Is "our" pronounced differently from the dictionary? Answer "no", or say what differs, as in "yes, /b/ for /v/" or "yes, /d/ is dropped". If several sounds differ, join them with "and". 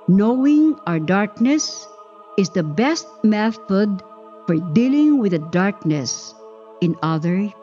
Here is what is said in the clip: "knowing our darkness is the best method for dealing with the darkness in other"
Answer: no